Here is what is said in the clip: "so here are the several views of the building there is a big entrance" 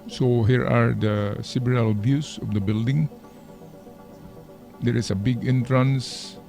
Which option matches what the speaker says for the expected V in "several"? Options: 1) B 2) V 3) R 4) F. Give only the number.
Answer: 1